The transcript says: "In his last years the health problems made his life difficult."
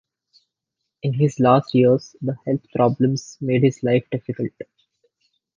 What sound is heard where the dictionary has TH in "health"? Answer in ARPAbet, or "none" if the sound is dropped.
T